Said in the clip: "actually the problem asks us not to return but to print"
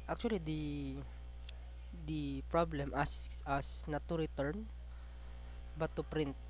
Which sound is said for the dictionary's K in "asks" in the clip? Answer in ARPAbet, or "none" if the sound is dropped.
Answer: none